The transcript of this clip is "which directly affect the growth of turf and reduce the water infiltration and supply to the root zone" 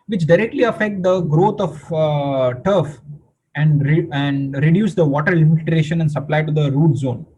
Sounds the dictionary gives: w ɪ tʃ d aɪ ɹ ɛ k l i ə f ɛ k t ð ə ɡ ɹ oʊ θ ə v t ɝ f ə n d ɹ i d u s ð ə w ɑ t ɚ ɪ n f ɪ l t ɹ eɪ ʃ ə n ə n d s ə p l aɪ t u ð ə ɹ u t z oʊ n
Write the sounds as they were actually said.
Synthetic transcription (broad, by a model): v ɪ tʃ d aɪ ɹ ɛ k l i ə f ɛ k t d ə ɡ ɹ oʊ t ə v t ɝ f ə n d ɹ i d u s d ə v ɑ t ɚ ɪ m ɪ t ɹ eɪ ʃ ə n ə n d s ə p l aɪ t u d ə ɹ u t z oʊ n